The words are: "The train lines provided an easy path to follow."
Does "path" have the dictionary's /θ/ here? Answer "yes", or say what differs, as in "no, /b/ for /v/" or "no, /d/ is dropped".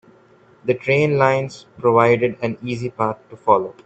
no, /t/ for /θ/